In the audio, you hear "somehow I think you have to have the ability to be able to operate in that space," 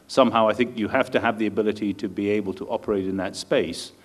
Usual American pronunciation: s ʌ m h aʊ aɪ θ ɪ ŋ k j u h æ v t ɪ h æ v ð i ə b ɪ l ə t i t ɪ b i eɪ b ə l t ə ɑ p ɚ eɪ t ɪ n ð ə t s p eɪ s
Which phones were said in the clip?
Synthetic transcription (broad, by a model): s ʌ m h aʊ aɪ θ ɪ ŋ k j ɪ h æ f t ɪ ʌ v ð i ə b ɪ l ə t i t ɪ b i eɪ b ə l t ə ɑ p ɚ eɪ t ɪ n ð ə t s p eɪ s